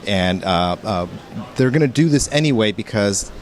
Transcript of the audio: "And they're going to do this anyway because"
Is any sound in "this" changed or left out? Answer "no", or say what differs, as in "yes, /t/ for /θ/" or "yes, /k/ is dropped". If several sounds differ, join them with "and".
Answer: no